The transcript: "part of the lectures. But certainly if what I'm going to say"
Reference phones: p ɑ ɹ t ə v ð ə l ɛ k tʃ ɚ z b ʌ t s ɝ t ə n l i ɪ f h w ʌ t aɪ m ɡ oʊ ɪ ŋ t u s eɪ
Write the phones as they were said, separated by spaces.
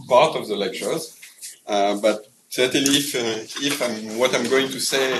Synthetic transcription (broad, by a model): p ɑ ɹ t ə v ð ə l ɛ k tʃ ɚ z b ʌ t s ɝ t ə l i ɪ f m w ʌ t aɪ m ɡ oʊ ɪ ŋ t u s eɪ